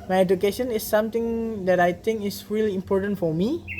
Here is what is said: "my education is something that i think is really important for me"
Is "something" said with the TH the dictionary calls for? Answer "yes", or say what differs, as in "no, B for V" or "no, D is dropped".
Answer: no, T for TH